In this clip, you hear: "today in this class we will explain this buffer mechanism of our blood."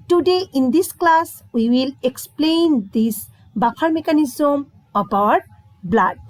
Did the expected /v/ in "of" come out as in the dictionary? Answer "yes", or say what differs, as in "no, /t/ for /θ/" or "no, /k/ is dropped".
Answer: no, /b/ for /v/